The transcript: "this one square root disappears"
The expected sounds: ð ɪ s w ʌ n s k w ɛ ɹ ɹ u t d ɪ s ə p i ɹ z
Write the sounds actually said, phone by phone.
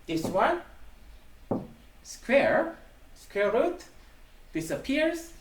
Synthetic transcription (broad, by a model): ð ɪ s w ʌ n s k w ɛ ɹ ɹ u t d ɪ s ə p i ɹ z